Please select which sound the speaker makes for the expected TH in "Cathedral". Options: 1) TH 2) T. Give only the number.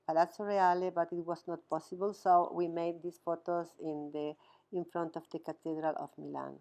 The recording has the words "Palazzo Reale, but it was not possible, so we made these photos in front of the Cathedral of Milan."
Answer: 2